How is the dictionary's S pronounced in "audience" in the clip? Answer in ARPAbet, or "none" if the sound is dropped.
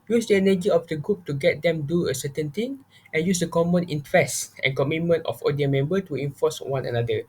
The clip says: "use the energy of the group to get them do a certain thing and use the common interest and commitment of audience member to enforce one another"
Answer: none